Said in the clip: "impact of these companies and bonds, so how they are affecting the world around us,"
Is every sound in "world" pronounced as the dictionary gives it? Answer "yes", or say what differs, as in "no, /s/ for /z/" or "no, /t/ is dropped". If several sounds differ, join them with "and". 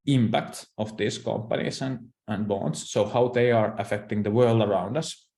yes